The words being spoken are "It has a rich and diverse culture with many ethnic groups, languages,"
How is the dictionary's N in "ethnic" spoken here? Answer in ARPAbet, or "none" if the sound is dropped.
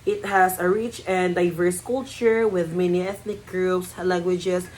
N